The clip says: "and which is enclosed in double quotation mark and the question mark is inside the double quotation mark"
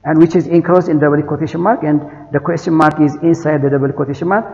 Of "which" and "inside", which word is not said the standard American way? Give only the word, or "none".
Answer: none